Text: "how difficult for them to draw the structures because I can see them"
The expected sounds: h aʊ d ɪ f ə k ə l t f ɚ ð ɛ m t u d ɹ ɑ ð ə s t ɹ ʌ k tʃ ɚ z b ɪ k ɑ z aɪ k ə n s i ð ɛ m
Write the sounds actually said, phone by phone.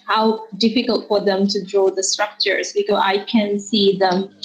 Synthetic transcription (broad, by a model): h aʊ d ɪ f ə k ə l t f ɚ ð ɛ m t u d ɹ ɑ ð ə s t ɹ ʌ k tʃ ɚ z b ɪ k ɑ aɪ k ə n s i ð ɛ m